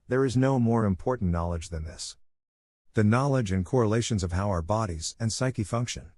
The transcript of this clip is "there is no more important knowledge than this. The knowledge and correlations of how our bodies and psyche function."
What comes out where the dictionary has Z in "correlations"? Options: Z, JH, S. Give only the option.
Z